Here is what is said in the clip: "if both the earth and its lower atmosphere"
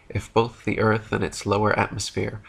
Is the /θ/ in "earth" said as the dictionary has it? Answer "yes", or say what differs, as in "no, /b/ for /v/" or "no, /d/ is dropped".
yes